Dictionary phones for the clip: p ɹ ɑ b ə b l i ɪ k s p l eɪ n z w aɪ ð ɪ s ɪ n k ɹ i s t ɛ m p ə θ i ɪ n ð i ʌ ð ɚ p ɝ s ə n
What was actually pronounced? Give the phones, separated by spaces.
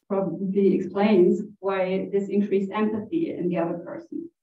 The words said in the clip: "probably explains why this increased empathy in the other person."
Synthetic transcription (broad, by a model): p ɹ ɑ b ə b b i ɪ k s p l eɪ n z w aɪ ð ɪ s ɪ n k ɹ i s t ɛ m p ə θ i ɪ n ð i ʌ ð ɚ p ɝ s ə n